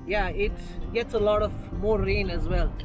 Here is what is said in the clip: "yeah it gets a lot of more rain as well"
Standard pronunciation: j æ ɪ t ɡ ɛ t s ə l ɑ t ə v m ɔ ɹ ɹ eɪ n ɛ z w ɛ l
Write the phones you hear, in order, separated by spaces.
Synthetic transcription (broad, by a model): j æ ɪ t ɡ ɛ t s ə l ɑ t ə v m ɔ ɹ ɹ eɪ n ɛ z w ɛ l